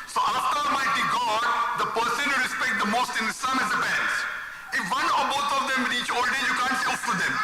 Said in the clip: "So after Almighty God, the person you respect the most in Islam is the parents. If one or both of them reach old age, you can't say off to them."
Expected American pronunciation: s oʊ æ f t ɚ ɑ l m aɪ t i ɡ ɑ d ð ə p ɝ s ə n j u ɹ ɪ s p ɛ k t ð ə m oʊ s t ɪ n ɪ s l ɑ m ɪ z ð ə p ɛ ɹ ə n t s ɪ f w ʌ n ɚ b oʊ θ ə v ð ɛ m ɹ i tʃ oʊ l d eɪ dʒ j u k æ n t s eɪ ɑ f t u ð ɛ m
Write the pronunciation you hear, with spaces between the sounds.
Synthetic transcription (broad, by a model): s oʊ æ f t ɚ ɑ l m aɪ t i ɡ ɑ d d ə p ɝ s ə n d ɹ ɪ s p ɛ k t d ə m oʊ s t ɪ n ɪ s ɑ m ɪ z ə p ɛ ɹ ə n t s ɪ f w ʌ n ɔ b oʊ t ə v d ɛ m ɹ i tʃ oʊ l d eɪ j u k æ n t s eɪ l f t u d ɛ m